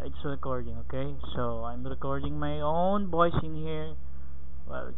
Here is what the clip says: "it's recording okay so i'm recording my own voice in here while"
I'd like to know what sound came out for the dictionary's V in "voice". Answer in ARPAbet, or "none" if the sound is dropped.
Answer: B